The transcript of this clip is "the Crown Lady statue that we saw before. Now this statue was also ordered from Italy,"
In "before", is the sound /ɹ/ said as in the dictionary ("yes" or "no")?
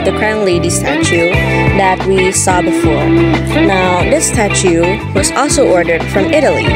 yes